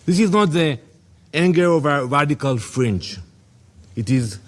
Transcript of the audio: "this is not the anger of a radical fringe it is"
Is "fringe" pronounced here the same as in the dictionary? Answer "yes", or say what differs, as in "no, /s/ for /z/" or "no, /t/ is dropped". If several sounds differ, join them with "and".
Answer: no, /tʃ/ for /dʒ/